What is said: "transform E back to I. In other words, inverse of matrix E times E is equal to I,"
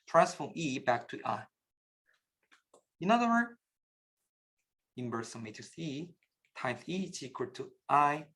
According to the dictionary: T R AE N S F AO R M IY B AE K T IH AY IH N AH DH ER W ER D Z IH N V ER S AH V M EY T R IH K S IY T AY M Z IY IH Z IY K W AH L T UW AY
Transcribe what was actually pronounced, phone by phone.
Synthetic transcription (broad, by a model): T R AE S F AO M IY B AE K T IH AY IH N AH DH ER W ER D IH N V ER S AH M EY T IH S IY T AY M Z IY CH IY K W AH T UW AY